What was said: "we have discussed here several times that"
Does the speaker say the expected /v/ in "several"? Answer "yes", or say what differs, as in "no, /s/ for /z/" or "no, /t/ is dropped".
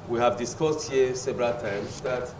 no, /b/ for /v/